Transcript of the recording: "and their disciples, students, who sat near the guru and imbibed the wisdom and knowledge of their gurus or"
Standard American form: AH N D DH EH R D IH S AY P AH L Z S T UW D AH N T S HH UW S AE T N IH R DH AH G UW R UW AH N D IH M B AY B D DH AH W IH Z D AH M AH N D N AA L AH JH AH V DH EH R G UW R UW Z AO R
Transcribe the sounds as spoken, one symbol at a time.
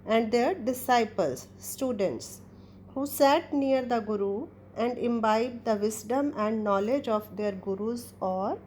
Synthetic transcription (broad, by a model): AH N D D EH R D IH S AY P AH L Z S T UW D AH N T S HH UW S AE T N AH R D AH G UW R UW AH N D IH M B AY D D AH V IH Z D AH M AH N D N AA L AH JH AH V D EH R G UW R UW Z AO R